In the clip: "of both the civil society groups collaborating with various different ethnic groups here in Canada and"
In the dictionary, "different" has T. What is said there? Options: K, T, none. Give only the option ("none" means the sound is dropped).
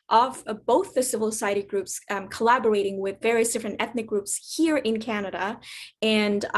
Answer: T